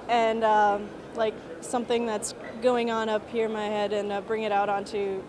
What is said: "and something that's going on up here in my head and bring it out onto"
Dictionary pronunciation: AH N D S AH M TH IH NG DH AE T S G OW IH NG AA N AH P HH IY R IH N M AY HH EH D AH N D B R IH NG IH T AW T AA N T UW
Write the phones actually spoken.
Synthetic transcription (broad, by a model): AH N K S AH M TH IH NG DH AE T S G OW IH NG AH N AH P HH IY R IH N M AY HH EH D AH N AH B R IH NG IH T AW T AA N T UW